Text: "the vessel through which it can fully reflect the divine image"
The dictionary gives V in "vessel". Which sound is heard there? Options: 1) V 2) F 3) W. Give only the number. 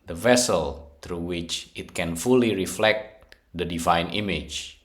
1